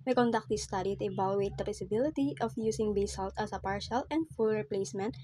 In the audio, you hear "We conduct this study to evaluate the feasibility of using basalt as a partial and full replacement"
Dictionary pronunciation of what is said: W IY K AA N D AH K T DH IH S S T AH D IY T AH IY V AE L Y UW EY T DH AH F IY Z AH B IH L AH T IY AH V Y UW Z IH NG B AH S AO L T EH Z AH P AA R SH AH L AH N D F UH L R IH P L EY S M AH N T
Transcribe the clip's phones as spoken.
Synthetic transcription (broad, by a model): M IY K AA N D AH K T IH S S T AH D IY T AH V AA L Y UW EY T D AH P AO S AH B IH L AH T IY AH F Y UW S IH NG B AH S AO L T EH S AH P AA R SH AH L AH N D F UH L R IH P L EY S M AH N T